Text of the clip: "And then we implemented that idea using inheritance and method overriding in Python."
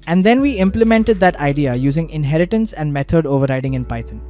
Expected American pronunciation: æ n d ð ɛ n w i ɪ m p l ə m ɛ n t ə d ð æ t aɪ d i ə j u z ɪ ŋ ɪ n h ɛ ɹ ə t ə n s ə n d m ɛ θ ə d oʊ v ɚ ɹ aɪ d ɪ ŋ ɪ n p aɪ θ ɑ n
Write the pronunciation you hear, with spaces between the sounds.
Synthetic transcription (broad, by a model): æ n d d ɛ n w i ɪ m p l ə m ɛ n t ə d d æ t aɪ d i ə j u z ɪ ŋ ɪ n h ɛ ɹ ə t ə n s ə n d m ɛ t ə d oʊ v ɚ ɹ aɪ d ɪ ŋ ɪ n p aɪ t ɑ n